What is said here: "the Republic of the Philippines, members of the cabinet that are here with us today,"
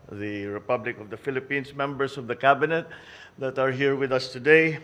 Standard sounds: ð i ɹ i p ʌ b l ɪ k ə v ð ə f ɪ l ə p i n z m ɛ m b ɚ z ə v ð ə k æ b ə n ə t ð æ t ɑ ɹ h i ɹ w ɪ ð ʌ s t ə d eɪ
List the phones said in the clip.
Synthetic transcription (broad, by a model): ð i ɹ i p ʌ b l ɪ k ə v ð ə f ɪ l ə p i n s m ɛ m b ɚ s ə v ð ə k æ b ə n ə t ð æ t ɑ ɹ h i ɹ w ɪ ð ʌ s t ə d eɪ